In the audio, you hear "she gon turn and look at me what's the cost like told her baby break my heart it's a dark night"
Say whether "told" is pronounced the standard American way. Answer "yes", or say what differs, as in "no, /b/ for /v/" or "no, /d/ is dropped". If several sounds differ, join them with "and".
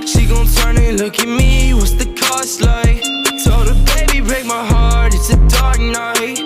no, /l/ is dropped